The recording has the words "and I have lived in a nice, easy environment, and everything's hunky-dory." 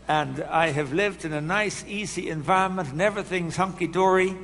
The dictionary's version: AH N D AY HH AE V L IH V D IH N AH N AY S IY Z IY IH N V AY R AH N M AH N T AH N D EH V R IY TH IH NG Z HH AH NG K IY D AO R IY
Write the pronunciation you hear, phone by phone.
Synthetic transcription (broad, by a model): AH N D AY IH V L IH V D IH N AH N AY S IY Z IY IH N V AY R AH N M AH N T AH N EH V R IY TH IH NG Z HH AH NG K IY D AO R IY